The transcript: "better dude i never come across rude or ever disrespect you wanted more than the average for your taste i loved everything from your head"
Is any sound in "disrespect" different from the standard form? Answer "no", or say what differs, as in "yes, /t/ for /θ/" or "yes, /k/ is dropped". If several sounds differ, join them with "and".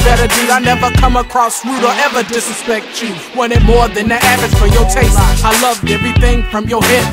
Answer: yes, /ɹ/ is dropped